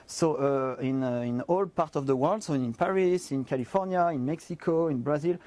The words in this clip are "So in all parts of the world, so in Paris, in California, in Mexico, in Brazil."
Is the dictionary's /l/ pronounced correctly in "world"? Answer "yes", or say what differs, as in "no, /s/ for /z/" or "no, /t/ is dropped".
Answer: yes